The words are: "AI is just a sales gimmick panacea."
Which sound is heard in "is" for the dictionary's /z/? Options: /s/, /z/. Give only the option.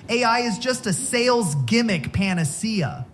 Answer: /z/